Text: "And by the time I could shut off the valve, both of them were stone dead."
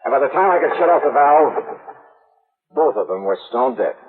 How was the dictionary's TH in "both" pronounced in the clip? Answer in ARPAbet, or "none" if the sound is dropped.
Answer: TH